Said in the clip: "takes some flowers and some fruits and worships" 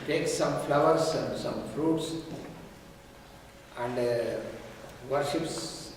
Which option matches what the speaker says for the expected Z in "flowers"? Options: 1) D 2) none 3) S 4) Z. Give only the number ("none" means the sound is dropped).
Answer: 3